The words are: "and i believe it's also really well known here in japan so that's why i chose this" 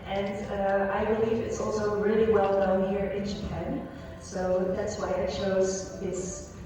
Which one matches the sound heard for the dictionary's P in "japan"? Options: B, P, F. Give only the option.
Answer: P